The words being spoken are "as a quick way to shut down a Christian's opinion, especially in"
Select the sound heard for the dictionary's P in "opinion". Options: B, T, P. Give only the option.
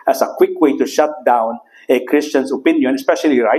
P